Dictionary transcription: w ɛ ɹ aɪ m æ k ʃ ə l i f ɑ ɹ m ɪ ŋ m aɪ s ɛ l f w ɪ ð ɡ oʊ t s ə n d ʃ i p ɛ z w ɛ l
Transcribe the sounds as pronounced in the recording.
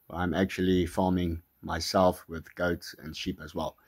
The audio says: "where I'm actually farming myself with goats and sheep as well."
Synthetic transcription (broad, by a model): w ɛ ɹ aɪ m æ k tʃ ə l i f ɑ m ɪ ŋ m aɪ s ɛ l f w ɪ ð ɡ oʊ t s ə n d ʃ i p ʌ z w ɛ l